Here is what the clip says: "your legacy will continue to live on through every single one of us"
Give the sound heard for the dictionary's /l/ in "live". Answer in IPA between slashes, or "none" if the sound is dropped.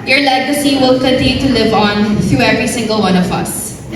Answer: /l/